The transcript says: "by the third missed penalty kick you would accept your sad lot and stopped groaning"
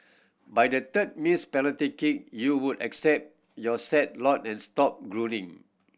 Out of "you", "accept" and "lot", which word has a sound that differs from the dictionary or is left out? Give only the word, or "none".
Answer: none